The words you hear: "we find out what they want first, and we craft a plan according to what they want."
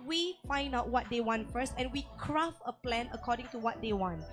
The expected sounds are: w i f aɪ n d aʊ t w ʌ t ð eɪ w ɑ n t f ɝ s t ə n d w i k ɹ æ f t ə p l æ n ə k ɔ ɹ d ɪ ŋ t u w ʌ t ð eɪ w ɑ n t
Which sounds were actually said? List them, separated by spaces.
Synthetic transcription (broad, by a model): w i f aɪ n d aʊ t w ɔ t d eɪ w ɑ n t f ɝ s t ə n w i k ɹ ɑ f ə p l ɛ n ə k ɔ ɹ d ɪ ŋ t u w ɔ t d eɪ w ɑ n t